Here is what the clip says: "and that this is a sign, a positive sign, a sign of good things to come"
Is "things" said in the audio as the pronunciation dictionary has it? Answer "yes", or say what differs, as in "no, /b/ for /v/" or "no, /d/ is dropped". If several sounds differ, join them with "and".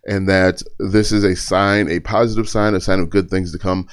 yes